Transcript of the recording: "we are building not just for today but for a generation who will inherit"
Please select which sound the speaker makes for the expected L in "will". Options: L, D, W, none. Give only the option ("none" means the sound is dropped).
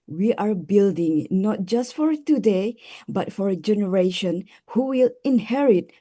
L